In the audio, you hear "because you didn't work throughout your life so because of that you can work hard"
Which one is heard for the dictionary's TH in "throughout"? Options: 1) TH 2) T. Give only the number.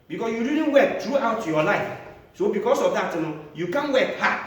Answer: 2